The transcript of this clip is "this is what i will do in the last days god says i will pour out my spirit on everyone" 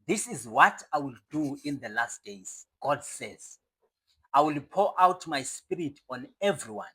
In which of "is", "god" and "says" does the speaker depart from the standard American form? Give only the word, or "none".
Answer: none